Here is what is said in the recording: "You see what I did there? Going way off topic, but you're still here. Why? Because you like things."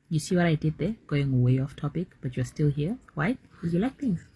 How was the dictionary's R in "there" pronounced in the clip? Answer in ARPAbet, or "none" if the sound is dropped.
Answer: R